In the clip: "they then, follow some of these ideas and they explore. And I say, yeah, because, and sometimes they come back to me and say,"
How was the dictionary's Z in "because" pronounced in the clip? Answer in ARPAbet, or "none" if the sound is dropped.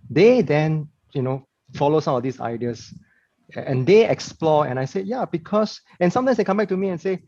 S